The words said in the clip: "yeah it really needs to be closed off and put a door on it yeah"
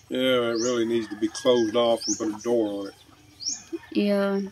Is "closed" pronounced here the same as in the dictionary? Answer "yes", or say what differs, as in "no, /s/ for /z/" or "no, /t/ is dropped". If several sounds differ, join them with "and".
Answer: yes